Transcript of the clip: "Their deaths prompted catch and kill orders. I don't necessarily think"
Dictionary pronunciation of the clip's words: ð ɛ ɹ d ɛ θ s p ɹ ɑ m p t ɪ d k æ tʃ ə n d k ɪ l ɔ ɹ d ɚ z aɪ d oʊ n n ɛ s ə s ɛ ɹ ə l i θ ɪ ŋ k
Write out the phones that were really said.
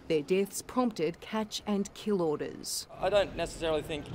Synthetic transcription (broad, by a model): ð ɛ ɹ d ɛ θ s p ɹ ɑ m p t ɪ d k æ tʃ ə n k ɪ l ɔ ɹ d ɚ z aɪ d oʊ n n ɛ s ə s ɛ ɹ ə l i θ ɪ ŋ k